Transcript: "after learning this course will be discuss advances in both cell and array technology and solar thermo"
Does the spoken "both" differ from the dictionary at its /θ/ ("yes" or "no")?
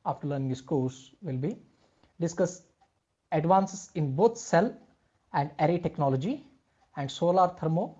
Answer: yes